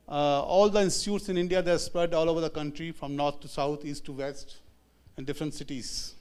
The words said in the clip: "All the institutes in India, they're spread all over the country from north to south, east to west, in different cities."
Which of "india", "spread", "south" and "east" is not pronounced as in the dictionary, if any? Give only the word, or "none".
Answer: south